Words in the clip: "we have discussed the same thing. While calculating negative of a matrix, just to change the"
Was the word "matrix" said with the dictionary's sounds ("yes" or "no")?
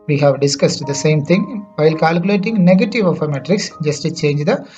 yes